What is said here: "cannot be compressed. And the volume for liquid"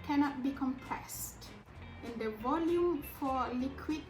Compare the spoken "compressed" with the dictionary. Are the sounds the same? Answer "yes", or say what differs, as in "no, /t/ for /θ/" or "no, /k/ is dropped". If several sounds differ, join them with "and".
yes